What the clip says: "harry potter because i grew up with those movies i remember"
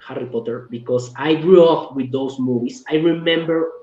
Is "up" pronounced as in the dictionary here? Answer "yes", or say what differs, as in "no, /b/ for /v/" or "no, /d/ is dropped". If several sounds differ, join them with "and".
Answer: no, /f/ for /p/